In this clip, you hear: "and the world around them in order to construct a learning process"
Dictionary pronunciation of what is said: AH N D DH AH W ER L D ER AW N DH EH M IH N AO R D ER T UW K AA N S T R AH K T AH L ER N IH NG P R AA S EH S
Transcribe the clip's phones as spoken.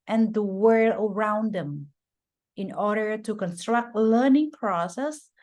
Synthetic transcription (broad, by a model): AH N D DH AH W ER L ER AW N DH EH M IH N AO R D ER T UW K AA N S T R AH K T L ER N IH NG P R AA S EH S